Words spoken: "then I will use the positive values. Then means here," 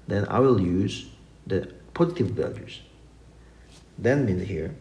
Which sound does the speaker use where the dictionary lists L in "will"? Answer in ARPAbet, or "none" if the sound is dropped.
L